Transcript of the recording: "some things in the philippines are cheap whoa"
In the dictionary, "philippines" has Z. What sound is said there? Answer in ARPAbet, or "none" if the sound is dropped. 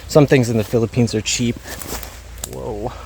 Z